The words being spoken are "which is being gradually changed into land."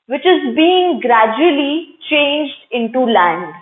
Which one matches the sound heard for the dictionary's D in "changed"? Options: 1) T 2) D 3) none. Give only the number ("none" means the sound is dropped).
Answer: 2